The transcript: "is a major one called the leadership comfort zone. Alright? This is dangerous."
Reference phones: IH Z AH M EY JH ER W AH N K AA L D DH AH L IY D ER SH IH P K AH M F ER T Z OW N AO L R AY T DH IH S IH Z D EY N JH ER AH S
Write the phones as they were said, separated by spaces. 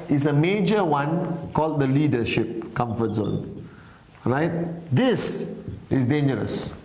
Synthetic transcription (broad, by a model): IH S AH M EY JH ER W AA N K AA L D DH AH L IY D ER SH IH P K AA M F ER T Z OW N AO R AY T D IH S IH S D EY N JH ER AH S